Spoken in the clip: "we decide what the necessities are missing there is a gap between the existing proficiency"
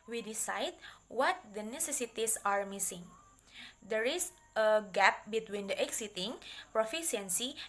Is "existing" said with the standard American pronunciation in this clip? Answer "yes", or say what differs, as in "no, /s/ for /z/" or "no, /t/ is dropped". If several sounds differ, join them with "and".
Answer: no, /s/ is dropped